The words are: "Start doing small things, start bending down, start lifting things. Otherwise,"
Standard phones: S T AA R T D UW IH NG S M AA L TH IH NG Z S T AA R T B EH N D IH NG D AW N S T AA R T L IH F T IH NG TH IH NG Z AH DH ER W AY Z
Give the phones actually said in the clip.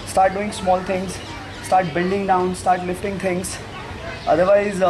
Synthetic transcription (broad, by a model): S T AA R T D UW IH NG S M AA L T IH NG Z S T AA R T B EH L D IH NG D AW N S T AA R T L IH F T IH NG T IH NG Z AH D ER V AY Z